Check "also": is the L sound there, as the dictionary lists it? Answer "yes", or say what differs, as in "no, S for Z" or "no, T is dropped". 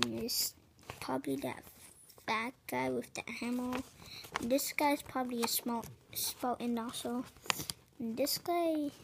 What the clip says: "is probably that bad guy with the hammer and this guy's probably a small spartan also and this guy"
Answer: no, L is dropped